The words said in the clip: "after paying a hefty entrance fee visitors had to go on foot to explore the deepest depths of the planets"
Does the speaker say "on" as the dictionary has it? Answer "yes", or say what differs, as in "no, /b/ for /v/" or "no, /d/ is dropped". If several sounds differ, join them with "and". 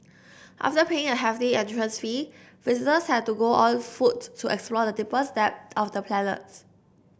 no, /l/ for /n/